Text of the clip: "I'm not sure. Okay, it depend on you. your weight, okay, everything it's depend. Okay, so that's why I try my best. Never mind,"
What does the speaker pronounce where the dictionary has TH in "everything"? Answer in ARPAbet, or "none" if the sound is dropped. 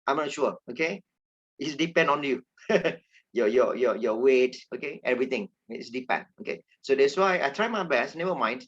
T